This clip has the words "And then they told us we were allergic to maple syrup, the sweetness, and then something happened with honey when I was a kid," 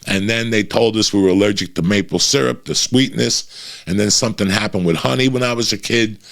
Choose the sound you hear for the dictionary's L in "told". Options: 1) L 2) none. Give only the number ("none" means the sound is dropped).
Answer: 1